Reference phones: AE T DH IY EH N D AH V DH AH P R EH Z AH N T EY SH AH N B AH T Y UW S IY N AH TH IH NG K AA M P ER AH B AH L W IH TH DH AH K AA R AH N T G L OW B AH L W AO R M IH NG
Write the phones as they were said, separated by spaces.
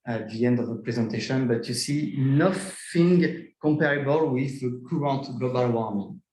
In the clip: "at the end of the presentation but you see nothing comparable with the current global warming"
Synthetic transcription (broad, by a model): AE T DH IY EH N D AH V DH AH P R EH Z AH N T EY SH AH N B AH T Y UW S IY N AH F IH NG K AA M P ER AH B AH L W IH DH AH K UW R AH N T G L OW B AH L W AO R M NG